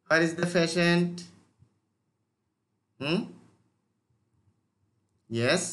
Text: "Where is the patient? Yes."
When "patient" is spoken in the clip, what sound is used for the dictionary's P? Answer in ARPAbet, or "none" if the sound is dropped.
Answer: F